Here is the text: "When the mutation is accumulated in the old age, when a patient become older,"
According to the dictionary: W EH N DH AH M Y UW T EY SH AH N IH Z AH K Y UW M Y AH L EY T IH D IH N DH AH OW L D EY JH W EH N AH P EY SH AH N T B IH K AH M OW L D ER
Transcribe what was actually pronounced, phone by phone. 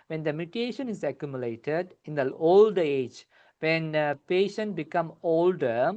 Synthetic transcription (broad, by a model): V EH N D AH M Y UW T EY SH AH N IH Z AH K Y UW M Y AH L EY T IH D IH N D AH OW L D EY JH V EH N P EY SH AH N T B IH K AH M OW L D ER